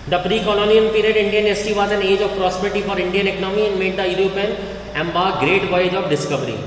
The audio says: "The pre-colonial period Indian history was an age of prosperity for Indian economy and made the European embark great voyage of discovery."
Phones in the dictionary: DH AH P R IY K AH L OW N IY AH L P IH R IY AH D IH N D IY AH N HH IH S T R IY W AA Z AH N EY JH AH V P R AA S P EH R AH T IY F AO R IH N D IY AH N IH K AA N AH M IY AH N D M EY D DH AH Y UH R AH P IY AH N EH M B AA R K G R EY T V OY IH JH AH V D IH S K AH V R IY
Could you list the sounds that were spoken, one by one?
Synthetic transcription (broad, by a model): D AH P R IY K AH L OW N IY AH N P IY R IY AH D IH N D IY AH N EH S T IY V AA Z AH N EY JH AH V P R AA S P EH R T IY F AO R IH N D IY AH N IH K AA N AH M IY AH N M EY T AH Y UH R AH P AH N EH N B AA G R EY T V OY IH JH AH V D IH S K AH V R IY